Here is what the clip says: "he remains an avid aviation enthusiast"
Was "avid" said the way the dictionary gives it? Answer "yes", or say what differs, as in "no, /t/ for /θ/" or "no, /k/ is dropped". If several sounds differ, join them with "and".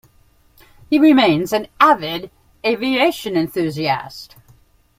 yes